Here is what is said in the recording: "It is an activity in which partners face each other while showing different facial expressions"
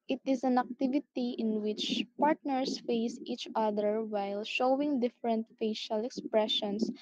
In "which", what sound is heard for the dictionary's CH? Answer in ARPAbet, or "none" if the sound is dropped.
CH